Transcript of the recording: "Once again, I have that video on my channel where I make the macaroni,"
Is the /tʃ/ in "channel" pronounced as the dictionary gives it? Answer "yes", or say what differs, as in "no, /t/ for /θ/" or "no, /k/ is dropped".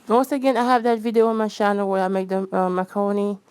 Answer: no, /ʃ/ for /tʃ/